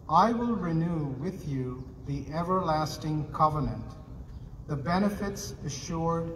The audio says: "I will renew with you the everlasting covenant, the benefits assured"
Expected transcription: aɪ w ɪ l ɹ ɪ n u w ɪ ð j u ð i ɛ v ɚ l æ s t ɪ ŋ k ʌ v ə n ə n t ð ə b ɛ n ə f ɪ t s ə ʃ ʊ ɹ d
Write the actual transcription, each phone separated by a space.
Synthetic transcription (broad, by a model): aɪ w ɪ l ɹ ɪ n u w ɪ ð j u ð i ɛ v ɚ l æ s t ɪ ŋ k ʌ v ə n ə n t ð ə b ɛ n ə f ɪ t s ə ʃ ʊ ɹ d